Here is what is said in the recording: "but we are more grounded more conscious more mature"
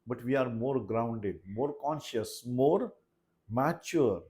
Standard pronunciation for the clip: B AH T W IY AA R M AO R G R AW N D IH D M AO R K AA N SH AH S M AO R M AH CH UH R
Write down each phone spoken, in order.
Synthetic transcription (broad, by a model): B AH T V IY AA R M AO R G R AW N D IH D M AO R K AA N SH AH S M AO R M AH CH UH R